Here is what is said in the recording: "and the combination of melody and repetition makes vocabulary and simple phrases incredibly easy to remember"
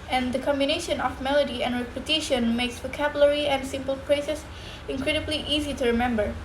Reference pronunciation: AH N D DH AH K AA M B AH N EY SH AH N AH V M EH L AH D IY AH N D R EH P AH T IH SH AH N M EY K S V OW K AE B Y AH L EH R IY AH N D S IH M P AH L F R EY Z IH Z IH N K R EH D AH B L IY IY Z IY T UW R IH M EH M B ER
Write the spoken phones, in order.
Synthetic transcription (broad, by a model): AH N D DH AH K AA M B AH N EY SH AH N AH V M EH L AH D IY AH N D R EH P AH T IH SH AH N M EY K S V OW K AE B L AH R IY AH N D S IH M P AH L P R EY S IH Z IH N K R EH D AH B L IY IY Z IY T UW R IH M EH M B ER